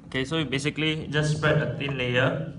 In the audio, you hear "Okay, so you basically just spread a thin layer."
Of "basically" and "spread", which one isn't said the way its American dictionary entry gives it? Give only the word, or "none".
spread